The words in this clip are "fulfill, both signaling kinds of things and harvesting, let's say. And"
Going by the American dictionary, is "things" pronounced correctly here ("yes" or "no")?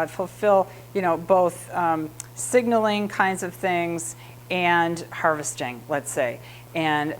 yes